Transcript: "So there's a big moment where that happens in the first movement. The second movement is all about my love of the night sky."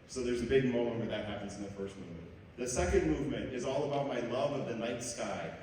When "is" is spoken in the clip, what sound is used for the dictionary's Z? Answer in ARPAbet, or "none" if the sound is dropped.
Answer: Z